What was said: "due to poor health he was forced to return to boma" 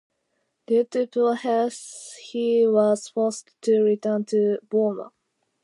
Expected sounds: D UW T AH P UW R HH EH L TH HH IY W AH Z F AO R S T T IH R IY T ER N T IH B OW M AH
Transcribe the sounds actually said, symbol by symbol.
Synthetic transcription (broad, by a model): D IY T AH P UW L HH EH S HH IY W AH Z F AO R S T T IH R IY T ER N T IH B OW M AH